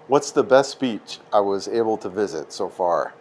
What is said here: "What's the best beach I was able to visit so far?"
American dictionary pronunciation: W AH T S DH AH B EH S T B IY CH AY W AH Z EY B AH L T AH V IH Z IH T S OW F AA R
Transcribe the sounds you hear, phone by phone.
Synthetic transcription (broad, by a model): W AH T S DH AH B EH S T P IY CH AY W AH Z EY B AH L T AH V IH Z IH T S OW F AA R